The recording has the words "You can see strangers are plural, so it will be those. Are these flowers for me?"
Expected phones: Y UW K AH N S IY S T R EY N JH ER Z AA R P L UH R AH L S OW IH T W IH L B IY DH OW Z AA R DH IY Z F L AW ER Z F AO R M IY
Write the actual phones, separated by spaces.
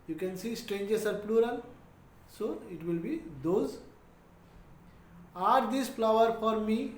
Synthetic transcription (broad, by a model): Y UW K AH N S IY S T R EY N JH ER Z AA R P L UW R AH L S OW IH T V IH L B IY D OW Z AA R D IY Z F L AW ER F AO R M IY